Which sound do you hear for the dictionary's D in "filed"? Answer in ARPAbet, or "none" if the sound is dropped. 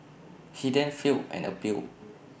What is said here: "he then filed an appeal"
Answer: none